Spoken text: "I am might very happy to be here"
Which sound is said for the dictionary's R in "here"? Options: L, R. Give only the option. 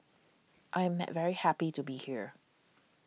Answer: R